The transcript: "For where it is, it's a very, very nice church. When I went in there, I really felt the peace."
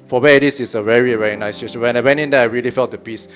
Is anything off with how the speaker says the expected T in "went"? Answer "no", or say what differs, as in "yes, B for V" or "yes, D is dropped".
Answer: yes, T is dropped